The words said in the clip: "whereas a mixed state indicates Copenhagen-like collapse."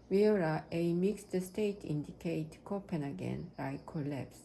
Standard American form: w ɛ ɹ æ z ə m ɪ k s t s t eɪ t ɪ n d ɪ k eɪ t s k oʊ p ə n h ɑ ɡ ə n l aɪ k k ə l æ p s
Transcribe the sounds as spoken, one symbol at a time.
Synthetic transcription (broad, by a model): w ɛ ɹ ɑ ə m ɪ k s t s t eɪ t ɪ n d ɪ k eɪ t k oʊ p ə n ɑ ɡ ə n aɪ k k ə l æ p s